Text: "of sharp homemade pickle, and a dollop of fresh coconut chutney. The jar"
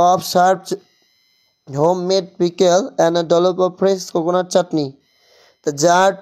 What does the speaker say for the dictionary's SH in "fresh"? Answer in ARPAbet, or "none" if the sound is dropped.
S